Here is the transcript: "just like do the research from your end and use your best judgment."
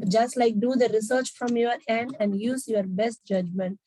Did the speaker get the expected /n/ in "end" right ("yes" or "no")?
yes